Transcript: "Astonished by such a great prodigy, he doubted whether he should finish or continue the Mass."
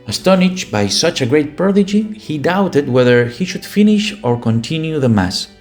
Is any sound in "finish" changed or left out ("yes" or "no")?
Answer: no